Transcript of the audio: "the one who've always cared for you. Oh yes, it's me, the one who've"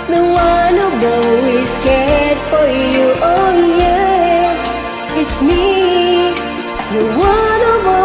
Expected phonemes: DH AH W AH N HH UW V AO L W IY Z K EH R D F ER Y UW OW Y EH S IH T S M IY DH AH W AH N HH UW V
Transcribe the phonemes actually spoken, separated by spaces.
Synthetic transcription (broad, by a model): DH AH W AH N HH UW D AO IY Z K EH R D F ER Y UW OW Y EH S IH T S M IY DH AH W AH N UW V